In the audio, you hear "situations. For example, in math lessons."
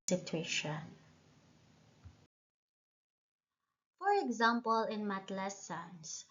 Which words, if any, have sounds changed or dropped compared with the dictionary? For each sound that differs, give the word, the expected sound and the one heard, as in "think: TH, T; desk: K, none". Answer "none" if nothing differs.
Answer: math: TH, T